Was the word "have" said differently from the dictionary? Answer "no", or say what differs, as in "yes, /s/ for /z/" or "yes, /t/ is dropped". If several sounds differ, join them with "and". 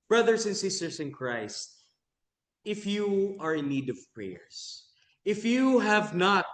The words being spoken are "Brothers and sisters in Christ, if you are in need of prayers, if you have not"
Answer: no